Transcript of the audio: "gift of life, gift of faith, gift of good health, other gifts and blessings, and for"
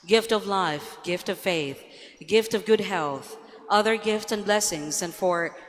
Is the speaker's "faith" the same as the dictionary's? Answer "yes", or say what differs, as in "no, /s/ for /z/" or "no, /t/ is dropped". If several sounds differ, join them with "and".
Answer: yes